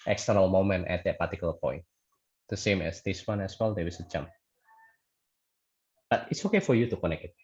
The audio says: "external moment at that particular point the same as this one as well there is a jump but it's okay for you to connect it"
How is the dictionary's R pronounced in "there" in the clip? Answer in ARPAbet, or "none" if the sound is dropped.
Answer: W